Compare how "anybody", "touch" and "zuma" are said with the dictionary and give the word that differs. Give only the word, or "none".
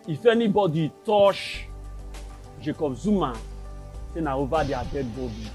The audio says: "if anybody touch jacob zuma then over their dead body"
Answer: touch